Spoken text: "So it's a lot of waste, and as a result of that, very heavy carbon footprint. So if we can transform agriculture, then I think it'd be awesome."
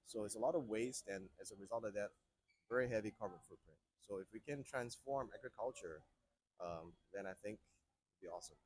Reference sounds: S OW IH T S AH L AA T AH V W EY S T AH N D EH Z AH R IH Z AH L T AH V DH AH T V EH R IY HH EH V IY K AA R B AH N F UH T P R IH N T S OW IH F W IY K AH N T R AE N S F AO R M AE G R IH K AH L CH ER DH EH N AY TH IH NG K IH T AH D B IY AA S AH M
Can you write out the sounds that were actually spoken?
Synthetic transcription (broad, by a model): S OW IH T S AH L AA T AH V W EY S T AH N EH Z AH R IH Z AH L T AH V DH AH T V EH R IY HH EH V IY K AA R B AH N F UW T P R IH N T S OW IH F W IY K AH N T R AE N S F AO R M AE G R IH K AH L CH ER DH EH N AY TH IH NG K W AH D B IY AA S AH M